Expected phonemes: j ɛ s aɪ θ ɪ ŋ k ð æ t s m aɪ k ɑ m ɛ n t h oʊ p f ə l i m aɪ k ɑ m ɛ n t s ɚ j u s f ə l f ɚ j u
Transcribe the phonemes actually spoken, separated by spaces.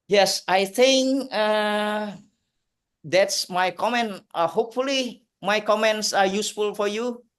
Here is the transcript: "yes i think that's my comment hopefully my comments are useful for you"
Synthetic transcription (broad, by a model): j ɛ s aɪ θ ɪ ŋ k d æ t s m aɪ k ɑ m ɛ n t h oʊ p f ə l i m aɪ k ɑ m ɛ n t s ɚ j u s f ə l f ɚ j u